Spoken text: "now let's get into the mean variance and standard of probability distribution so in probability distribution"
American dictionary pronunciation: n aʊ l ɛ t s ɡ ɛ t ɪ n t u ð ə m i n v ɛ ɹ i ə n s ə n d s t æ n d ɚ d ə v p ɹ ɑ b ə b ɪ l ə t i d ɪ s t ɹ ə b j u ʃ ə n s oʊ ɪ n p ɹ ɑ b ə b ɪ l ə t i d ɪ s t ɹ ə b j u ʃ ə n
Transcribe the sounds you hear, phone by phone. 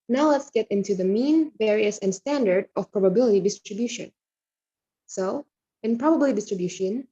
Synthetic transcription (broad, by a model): n aʊ l ɛ t s ɡ ɛ t ɪ n t u ð ə m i n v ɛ ɹ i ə s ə n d s t æ n d ɚ d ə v p ɹ ɑ b ə b ɪ l ə t i d ɪ s t ɹ ə b j u ʃ ə n s oʊ ɪ n p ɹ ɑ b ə b l i d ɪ s t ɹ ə b j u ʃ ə n